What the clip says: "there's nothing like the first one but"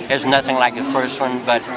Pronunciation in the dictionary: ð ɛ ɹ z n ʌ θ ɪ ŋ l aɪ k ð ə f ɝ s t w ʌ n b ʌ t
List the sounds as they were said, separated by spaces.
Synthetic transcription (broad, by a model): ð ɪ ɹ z n ʌ θ ɪ ŋ l aɪ k ð ə f ɝ s t w ʌ n b ʌ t